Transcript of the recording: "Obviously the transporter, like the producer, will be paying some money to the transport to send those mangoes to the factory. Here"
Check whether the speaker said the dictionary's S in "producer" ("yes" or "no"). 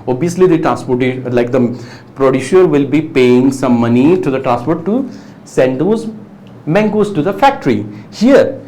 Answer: no